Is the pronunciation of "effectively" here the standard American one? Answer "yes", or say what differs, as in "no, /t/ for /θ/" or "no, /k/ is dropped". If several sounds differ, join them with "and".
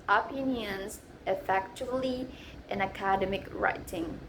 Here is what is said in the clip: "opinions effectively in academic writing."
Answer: no, /v/ is dropped